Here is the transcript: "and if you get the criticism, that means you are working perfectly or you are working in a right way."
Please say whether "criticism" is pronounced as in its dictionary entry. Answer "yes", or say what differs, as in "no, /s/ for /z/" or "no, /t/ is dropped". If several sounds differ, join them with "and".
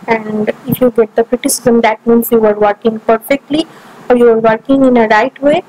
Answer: yes